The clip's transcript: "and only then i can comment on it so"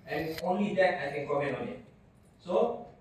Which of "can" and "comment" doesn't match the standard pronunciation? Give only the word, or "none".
comment